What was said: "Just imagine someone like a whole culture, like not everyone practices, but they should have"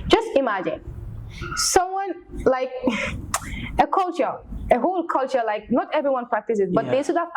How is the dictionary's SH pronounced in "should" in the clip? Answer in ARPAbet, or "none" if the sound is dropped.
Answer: S